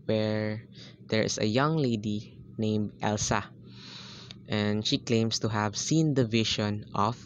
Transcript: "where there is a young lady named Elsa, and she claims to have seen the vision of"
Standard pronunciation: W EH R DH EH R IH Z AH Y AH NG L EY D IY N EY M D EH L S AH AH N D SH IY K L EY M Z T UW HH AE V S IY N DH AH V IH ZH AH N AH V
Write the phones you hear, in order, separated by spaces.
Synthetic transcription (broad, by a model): W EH R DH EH R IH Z AH Y AH NG L EY D IY N EY M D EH L S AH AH N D SH IY K L EY M S T UW HH AE V S IY N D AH V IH SH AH N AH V